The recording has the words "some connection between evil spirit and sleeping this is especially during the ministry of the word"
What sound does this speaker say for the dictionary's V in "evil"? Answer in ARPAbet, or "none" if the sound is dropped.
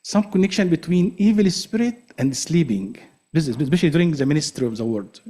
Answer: V